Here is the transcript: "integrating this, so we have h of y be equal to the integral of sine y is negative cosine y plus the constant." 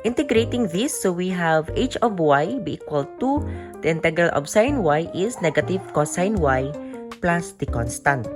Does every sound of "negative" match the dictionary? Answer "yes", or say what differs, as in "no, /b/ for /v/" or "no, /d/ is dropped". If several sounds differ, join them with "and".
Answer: yes